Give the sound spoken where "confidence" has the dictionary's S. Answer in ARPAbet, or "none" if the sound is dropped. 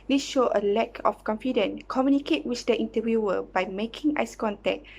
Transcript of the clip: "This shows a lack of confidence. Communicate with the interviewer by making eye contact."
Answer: none